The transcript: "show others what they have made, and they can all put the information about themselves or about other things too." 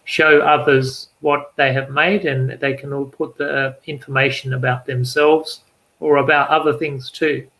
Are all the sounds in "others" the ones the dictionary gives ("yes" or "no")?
yes